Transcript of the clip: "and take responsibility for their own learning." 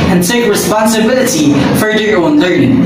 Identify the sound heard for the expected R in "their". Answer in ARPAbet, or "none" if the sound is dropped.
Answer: L